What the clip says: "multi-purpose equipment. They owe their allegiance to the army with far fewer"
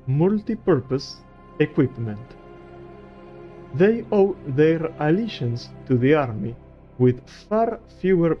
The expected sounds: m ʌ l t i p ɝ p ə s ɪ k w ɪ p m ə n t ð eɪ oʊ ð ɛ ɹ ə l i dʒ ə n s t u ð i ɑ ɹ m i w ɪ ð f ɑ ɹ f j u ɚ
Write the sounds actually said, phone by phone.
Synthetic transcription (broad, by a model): m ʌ l t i p ɝ p ə s ɪ k w ɪ p m ə n t ð eɪ oʊ ð ɛ ɹ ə l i ʃ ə n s t u ð i ɑ ɹ m i w ɪ ð f ɑ ɹ f j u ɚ